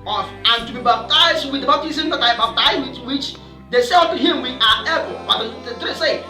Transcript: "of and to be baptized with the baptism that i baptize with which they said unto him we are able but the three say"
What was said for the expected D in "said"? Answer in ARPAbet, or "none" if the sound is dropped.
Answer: none